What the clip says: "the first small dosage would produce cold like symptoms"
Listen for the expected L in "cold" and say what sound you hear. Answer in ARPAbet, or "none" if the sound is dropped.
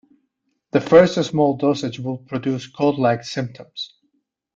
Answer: none